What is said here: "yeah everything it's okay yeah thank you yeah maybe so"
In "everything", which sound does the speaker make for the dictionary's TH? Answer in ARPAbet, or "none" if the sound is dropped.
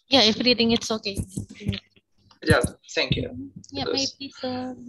T